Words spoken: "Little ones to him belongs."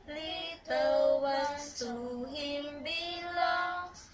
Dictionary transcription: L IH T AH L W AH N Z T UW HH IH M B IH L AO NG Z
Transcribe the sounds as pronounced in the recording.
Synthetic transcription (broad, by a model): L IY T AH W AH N T UW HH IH M B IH L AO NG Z